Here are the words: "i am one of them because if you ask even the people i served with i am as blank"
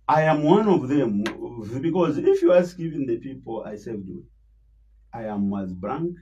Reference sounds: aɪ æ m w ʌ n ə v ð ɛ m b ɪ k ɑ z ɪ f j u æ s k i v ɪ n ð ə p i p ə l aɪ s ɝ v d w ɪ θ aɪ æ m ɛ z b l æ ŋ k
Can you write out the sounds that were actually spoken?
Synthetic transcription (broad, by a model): aɪ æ m w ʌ n ə v ð ɛ m b ɪ k ɑ z ɪ f j u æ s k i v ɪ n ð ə p i p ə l aɪ s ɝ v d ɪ aɪ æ m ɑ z b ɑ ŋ